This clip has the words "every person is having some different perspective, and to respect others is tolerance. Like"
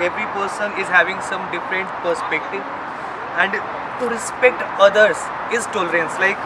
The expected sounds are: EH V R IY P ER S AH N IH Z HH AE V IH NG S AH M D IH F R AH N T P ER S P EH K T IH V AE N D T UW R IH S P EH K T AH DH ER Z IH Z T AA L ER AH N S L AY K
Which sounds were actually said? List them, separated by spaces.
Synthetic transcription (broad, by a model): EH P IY P ER S AH N IH Z HH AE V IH NG S AH M D IH F R AH N T P ER S P EH K T IH V AE N D T UW R IH S P EH K T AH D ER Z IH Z T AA L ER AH N S L AY K